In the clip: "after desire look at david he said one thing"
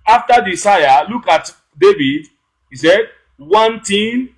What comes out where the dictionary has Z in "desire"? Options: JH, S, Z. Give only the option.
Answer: S